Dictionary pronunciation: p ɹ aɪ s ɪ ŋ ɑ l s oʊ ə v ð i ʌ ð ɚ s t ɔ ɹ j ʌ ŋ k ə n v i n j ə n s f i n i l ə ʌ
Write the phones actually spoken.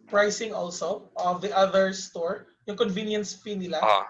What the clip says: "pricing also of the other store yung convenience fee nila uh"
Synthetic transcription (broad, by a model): p ɹ aɪ s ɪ ŋ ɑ l s oʊ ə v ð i ʌ ð ɚ s t ɔ ɹ j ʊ ŋ k ə n v i n j ə n s p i n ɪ l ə